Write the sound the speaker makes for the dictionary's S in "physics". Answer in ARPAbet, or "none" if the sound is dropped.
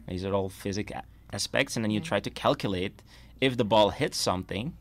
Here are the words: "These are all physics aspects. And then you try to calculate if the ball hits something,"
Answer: none